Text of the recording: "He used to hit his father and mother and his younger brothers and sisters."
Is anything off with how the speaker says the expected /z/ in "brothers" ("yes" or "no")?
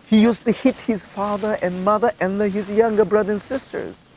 yes